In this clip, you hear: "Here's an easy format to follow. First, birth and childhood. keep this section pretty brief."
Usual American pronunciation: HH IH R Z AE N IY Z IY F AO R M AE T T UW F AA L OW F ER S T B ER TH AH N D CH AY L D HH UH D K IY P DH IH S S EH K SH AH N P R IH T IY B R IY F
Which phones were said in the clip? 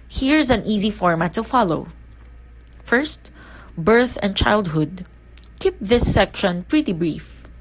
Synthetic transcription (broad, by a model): HH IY R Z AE N IY Z IY F AO R M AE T T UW F AA L OW F ER S T B ER TH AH N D CH AY L D HH UH D K IY P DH IH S S EH K SH AH N P R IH T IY B R IY F